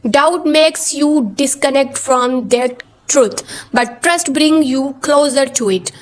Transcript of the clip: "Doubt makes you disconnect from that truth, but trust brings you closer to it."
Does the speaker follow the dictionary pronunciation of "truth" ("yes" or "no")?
no